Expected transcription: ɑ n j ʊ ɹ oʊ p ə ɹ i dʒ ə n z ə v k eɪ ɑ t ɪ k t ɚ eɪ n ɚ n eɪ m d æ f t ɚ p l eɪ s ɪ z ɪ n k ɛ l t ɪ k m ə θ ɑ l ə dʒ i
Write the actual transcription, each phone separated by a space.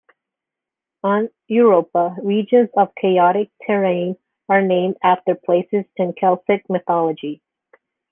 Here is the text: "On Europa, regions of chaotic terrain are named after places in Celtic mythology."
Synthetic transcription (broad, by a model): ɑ n j ʊ ɹ oʊ p ə ɹ i dʒ ə n z ə v k eɪ ɑ t ɪ k t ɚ eɪ n ɚ n eɪ m d æ f t ɚ p l eɪ s ɪ z ɪ n k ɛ l s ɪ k m ə θ ɑ l ə dʒ i